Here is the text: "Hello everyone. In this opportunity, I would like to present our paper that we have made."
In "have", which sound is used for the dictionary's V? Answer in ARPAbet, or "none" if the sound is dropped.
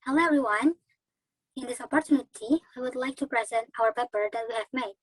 V